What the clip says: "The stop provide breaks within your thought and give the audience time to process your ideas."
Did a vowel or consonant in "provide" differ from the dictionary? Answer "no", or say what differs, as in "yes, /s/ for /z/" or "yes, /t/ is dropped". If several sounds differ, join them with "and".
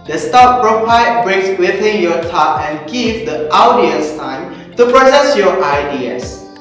yes, /p/ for /v/